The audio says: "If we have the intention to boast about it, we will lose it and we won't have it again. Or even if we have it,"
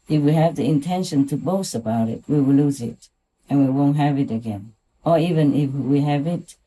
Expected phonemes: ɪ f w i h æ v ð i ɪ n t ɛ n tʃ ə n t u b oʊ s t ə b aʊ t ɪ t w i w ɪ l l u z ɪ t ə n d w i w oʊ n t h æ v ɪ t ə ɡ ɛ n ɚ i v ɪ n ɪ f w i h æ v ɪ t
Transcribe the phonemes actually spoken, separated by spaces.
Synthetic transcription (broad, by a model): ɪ f w i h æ v ð i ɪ n t ɛ n ʃ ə n t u b oʊ s t ə b aʊ t ɪ t w i w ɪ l l u z ɪ t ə n w i w oʊ n t h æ v ɪ t ə ɡ ɛ n ɚ i v ɪ n ɪ f w i h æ v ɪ t